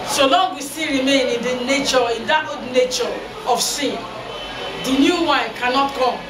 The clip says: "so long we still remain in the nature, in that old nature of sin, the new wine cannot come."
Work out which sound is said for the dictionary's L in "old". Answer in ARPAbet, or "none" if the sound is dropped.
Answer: none